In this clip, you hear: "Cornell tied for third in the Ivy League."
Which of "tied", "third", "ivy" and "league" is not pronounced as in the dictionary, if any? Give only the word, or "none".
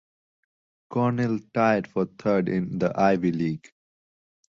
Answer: third